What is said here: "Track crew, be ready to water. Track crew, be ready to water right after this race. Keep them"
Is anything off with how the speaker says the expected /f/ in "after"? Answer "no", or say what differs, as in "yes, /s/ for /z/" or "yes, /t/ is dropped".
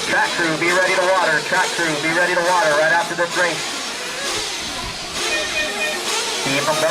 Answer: no